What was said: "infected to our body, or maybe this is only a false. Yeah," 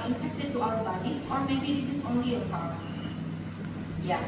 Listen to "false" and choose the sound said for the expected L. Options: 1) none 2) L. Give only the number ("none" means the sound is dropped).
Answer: 1